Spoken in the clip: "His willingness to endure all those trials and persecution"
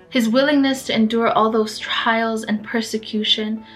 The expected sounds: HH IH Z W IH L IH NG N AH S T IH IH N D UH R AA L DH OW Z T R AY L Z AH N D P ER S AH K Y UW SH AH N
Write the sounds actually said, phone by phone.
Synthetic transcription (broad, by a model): HH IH Z W IH L IH NG N AH S T IH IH N D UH R AA L DH OW Z T R AY L Z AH N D P ER S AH K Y UW SH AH N